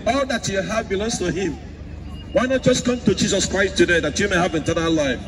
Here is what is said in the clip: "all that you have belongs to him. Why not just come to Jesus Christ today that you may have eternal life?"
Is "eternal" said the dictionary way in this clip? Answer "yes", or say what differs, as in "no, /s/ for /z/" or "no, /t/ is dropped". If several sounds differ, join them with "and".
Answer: no, /n/ is dropped